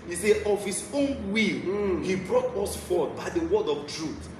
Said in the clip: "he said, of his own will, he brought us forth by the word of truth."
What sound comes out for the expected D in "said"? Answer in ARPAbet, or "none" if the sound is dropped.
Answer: none